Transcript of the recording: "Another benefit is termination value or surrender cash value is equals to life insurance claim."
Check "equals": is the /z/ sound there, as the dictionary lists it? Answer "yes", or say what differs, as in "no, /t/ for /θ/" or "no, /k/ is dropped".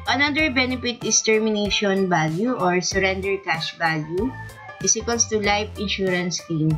no, /s/ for /z/